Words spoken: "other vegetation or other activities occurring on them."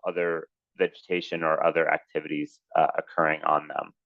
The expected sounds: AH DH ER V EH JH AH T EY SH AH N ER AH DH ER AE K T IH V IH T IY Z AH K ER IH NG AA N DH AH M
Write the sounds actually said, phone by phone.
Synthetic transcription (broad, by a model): AH DH ER V EH JH AH T EY SH AH N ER AH DH ER AE K T IH V IH T IY Z AH K ER IH NG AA N DH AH M